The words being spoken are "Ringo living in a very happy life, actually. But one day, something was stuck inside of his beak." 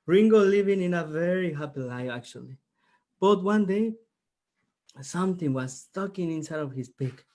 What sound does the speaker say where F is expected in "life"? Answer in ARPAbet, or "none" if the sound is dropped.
none